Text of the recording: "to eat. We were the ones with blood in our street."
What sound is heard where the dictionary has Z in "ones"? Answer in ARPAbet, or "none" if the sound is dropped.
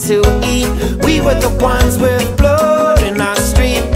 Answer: Z